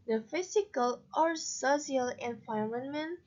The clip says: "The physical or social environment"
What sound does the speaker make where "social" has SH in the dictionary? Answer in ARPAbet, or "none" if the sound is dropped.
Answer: S